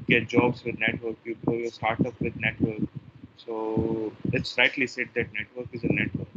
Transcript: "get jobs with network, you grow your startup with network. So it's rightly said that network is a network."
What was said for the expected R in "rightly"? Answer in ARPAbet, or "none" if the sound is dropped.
L